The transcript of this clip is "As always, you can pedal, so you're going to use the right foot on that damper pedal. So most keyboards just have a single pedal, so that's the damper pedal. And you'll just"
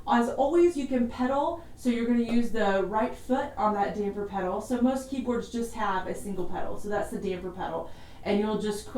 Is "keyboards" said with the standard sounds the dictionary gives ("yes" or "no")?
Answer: yes